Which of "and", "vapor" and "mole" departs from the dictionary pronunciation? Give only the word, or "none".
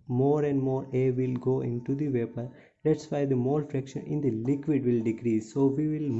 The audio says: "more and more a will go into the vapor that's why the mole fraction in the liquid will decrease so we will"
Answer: none